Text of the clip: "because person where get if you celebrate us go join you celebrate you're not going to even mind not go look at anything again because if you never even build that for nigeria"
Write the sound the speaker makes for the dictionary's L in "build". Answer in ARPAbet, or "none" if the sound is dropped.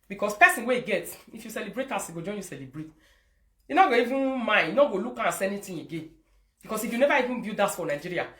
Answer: none